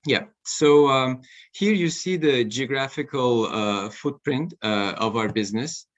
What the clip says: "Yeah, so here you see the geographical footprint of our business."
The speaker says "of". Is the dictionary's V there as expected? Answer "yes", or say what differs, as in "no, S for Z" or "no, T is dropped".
yes